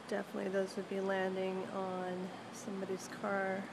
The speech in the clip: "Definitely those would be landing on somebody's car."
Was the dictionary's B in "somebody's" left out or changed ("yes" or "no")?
no